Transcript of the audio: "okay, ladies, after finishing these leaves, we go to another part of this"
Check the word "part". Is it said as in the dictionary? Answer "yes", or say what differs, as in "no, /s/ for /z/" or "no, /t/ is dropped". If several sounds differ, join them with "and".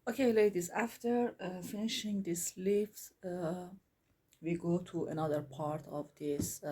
yes